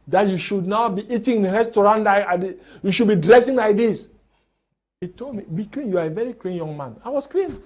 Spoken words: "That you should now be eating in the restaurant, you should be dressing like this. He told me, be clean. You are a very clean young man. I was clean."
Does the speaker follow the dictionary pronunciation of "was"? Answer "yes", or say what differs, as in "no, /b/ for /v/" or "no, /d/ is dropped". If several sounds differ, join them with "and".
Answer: no, /s/ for /z/